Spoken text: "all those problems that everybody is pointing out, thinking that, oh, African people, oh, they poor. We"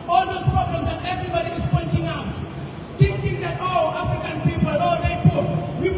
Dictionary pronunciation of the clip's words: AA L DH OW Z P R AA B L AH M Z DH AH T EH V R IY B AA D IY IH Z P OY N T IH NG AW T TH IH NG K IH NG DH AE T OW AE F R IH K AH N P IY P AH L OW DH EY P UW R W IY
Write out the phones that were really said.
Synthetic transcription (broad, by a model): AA L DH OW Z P R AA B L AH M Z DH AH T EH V R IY B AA D IY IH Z P OY N T IH NG AW T T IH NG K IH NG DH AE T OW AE F R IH K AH N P IY P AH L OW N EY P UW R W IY